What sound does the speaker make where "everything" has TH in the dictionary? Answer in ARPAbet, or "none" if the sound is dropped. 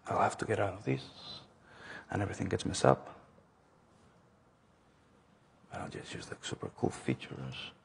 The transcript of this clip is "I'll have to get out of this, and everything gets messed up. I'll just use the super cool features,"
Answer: TH